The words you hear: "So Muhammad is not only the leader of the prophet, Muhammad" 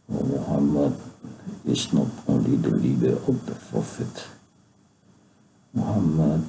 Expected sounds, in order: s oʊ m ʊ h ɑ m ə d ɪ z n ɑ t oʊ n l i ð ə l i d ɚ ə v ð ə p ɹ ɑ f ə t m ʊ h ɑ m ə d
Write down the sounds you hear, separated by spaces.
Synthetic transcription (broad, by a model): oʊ m ʊ h ɑ m ə d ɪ s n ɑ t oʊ l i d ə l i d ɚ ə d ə f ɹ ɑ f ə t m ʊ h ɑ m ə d